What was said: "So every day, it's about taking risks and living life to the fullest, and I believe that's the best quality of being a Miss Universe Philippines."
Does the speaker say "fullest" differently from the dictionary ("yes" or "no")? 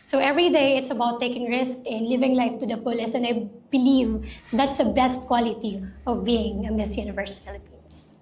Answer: yes